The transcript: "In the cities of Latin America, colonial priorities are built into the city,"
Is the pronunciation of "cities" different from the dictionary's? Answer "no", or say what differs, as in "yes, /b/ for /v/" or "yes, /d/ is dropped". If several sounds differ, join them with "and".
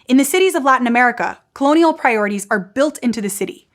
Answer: no